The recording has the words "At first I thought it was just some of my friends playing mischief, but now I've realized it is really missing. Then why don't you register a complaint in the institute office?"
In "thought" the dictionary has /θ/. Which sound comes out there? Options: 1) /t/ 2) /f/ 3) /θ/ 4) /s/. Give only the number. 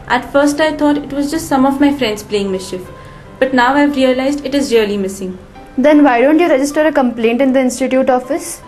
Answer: 1